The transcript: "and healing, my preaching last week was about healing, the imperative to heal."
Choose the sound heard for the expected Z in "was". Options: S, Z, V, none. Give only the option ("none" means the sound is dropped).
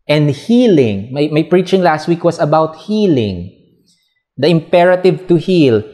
S